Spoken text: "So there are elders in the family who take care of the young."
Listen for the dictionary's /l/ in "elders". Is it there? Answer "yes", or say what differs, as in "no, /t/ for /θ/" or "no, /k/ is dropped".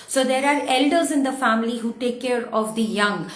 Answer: yes